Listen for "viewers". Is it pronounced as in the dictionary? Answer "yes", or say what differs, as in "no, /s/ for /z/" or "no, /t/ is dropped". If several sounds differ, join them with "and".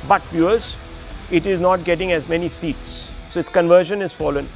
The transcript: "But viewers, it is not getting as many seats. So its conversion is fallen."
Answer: no, /f/ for /v/